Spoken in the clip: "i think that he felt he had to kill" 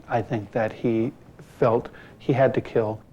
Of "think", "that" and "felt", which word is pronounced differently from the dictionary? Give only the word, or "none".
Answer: none